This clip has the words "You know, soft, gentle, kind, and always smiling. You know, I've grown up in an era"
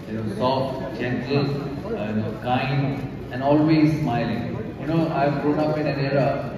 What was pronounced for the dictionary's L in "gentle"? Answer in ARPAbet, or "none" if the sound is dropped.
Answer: N